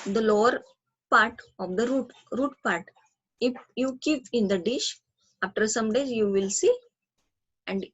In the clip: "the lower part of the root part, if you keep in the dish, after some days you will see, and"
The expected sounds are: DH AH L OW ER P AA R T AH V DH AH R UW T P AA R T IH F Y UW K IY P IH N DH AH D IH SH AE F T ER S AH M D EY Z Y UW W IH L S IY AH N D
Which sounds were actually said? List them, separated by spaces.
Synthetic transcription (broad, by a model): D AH L OW ER P AA R T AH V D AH R UW T P AA R T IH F Y UW K IY P IH N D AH D IH SH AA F T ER S AH M D EY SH Y UW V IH L S IY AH N D